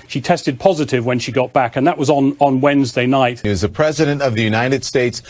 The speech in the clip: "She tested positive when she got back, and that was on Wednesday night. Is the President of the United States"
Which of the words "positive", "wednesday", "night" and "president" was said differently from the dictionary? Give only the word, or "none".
none